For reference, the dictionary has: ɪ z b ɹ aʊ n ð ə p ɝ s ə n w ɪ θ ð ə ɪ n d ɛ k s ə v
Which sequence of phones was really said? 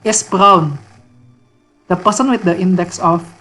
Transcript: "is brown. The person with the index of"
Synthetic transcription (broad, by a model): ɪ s b ɹ aʊ n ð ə p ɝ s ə n w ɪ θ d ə ɪ n d ɛ k s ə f